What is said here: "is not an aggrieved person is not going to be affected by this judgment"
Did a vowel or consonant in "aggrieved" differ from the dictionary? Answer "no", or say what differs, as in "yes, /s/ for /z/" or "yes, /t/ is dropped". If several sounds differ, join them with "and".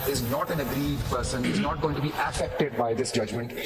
yes, /v/ is dropped